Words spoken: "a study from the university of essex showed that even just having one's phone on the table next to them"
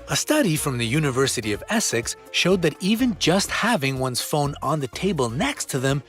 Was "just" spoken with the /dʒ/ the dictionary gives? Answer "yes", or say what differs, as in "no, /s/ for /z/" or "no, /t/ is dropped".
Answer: yes